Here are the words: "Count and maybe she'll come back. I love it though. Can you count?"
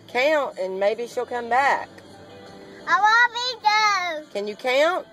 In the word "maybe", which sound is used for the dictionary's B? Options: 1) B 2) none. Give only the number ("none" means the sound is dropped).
1